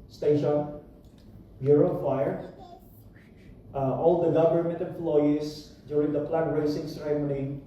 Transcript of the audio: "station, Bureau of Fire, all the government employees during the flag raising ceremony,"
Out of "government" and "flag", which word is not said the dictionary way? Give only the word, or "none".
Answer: flag